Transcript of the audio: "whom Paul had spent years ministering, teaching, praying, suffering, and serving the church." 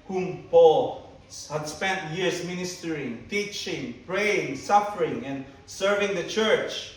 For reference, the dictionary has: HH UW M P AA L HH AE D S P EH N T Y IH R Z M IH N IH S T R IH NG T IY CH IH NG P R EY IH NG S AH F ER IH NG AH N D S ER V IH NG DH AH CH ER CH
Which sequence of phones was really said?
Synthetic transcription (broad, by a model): HH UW M P AA L HH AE D S P EH N T Y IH R S M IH N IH S T R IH NG T IY CH IH NG P R EY IH NG S AH F ER IH NG AH N D S ER V IH NG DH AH CH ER CH